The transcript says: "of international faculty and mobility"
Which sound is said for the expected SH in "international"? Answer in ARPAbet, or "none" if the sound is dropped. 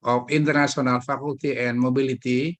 S